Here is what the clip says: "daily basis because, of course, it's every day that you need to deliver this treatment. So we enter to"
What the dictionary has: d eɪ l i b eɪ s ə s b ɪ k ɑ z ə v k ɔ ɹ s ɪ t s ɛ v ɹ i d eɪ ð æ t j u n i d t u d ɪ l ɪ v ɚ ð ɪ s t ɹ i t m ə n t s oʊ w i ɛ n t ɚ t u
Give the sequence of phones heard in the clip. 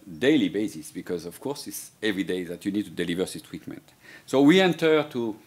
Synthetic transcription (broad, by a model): d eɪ l i b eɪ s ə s b ɪ k ɑ z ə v k ɔ ɹ s ɪ t s ɛ v ɹ i d eɪ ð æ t j u n i d t u d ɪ l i v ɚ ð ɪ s t ɹ i t m ə n t s oʊ w i ɛ n t ɚ t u